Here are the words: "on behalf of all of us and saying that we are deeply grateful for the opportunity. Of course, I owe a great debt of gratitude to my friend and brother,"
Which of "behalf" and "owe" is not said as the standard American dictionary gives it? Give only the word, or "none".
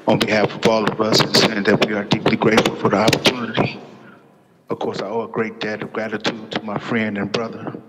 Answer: none